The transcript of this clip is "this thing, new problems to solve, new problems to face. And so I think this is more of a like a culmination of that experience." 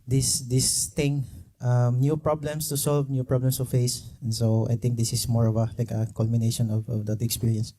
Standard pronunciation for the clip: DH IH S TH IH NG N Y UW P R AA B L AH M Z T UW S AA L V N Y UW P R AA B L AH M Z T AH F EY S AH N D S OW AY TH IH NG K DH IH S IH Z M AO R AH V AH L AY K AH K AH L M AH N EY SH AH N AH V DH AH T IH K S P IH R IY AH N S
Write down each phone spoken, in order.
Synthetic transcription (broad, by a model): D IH S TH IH NG N Y UW P R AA B L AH M S T UW S AA L V N Y UW P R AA B L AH M S T AH F EY S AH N S OW AY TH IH NG K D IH S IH S M AO R AH V AH L AY K AH K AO L M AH N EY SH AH N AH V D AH T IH K S P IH R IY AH N S